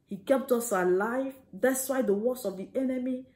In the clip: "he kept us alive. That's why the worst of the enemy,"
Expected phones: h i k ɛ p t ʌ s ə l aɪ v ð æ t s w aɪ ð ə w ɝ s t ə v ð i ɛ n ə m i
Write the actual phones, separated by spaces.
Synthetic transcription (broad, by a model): h i k ɛ p t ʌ s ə l aɪ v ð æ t s w aɪ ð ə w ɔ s ə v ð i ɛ n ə m i